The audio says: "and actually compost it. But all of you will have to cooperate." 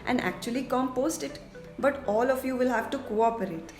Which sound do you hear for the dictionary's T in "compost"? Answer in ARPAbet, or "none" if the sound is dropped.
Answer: T